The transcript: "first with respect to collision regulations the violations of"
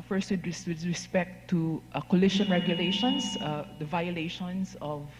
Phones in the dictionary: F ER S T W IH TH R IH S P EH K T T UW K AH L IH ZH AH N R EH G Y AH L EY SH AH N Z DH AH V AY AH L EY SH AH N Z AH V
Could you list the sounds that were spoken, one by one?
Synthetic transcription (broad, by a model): F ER S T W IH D R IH S P EH K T T UW K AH L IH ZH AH N R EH G Y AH L EY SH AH N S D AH V AY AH L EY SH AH N S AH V